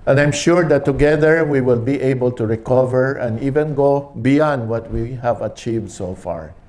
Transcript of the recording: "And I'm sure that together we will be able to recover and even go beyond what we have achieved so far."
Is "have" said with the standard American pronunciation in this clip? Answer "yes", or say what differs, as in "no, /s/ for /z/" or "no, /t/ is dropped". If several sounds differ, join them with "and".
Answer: yes